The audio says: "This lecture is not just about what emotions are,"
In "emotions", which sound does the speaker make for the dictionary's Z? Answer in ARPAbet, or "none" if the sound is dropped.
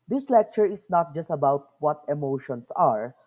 S